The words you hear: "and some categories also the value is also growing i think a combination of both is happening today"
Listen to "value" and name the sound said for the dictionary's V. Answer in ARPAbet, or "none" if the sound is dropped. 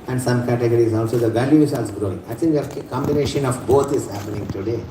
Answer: V